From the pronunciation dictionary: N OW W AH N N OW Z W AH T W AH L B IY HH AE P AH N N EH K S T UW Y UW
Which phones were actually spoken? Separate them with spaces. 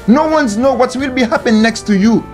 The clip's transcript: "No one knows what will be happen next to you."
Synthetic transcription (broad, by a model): N OW W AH N N OW W AH T W AH L B IY HH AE P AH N N EH K S T UW Y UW